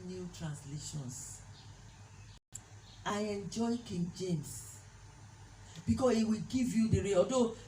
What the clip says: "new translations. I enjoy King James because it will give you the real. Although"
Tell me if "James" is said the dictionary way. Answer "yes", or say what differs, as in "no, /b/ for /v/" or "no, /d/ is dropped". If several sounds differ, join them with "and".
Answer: no, /s/ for /z/